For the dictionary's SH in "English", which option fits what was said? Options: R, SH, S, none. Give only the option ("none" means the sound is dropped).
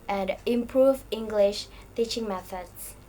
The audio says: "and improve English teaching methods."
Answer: SH